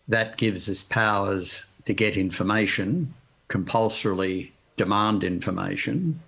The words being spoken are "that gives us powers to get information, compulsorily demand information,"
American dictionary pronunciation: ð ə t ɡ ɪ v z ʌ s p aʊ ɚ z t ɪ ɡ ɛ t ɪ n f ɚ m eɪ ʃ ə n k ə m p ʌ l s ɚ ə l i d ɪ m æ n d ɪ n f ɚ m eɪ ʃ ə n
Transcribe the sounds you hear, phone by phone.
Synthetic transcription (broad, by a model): ð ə t ɡ ɪ v z ʌ s p aʊ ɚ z t ɪ ɡ ɛ t ɪ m f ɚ m eɪ ʃ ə n k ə m p ʌ l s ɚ l i d ɪ m æ n d ɪ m f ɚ m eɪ ʃ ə n